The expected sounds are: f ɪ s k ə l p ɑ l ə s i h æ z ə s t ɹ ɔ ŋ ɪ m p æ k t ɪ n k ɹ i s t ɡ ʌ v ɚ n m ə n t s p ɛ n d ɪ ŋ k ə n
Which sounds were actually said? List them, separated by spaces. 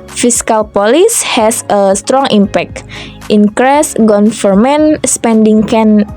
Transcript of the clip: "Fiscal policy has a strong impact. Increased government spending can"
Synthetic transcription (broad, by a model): f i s k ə l p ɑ l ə s h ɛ s ə s t ɹ ɔ ŋ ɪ m p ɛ k t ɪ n k ɹ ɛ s ɡ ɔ f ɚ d m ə n s p ɛ n d ɪ ŋ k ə n